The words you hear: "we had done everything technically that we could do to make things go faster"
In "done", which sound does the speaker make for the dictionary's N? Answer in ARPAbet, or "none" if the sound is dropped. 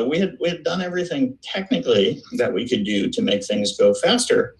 N